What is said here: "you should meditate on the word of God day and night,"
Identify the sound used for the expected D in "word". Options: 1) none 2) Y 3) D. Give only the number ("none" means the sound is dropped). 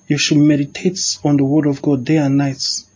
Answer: 3